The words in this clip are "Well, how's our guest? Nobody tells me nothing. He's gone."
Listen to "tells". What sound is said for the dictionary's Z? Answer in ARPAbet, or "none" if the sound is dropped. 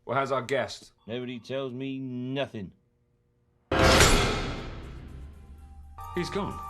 Z